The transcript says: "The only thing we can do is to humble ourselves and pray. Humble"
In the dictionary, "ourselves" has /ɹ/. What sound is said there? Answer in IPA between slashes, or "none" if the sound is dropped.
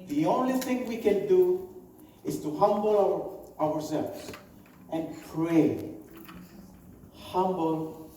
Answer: /w/